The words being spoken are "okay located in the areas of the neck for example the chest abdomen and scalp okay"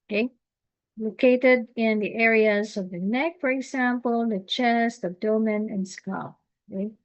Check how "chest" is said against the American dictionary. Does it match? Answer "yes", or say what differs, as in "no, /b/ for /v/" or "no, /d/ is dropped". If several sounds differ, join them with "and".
yes